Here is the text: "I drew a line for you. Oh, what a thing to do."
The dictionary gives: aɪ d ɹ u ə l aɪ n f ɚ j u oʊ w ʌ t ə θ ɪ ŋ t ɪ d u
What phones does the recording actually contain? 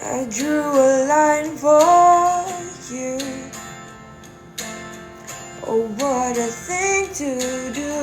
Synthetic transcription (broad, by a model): aɪ d ɹ u ə l aɪ n f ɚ j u oʊ w ʌ t ə θ ɪ ŋ t ɪ d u